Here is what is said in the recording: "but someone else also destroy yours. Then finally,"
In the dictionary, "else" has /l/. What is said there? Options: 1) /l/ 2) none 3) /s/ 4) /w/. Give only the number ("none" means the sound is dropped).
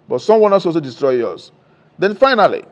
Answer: 2